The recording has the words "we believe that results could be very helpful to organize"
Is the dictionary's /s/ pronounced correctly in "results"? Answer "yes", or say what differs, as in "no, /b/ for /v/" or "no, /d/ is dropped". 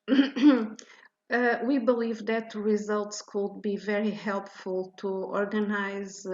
yes